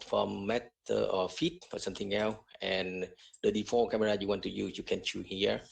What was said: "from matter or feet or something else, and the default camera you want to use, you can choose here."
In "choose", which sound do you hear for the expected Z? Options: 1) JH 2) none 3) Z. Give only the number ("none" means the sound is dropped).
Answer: 2